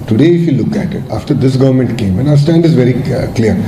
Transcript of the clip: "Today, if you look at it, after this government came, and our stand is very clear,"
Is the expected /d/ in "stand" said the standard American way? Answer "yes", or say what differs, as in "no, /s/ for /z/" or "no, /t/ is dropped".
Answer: yes